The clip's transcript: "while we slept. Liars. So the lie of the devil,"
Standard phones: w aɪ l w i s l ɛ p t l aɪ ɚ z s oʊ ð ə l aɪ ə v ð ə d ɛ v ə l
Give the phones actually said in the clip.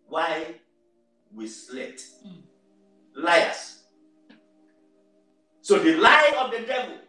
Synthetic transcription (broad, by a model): w aɪ w i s l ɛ t l aɪ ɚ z s oʊ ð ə l aɪ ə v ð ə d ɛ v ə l